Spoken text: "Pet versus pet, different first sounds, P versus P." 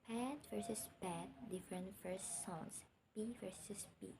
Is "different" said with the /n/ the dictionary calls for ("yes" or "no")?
yes